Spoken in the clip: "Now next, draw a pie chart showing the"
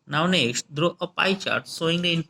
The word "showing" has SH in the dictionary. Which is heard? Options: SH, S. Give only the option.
S